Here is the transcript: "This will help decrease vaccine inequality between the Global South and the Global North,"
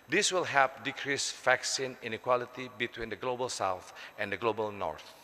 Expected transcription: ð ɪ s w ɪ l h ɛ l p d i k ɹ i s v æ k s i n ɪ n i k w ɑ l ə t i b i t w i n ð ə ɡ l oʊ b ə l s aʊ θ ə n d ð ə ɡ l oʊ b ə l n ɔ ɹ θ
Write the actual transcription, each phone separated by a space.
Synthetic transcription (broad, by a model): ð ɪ s w ɪ l h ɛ p d i k ɹ i s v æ k s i n ɪ n i k w ɑ l ə t i b i t w i n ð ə ɡ l oʊ b ə l s aʊ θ ə n d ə ɡ l oʊ b ə l n ɔ ɹ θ